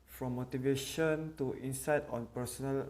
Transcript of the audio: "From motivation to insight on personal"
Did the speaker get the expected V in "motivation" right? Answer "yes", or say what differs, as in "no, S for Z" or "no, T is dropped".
yes